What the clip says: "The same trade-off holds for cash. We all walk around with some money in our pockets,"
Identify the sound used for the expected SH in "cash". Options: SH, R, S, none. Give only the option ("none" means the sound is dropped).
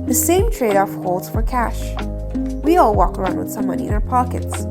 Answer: SH